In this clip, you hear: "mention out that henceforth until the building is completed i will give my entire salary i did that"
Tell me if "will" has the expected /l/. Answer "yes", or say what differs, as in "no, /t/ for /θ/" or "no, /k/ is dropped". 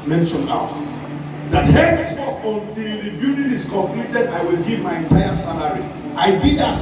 yes